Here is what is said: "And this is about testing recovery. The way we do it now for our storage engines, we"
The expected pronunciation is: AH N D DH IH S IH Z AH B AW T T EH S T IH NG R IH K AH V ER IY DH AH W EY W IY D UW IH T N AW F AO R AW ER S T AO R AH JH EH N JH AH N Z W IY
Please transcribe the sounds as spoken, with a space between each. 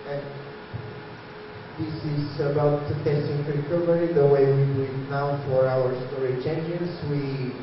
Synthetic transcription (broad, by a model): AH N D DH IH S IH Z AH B AW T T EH S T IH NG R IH K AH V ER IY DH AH W EY W IY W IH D N AW F AO R AW ER S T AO R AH CH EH N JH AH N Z W IY